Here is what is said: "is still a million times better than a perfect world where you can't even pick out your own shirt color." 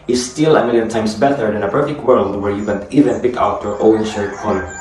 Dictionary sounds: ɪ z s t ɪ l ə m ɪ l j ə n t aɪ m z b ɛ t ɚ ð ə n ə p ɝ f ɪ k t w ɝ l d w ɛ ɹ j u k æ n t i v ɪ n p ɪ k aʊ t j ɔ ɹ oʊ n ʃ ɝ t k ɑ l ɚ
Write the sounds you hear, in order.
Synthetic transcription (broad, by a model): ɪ s t ɪ l ə m ɪ l j ə n t aɪ m s b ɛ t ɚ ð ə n ə p ɝ f ɪ k t w ɝ l d w ɛ ɹ j u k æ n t i v ɪ n p ɪ k aʊ t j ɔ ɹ oʊ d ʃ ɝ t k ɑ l